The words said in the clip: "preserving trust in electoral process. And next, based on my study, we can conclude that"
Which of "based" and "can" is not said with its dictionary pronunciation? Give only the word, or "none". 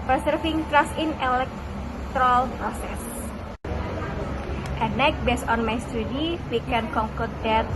based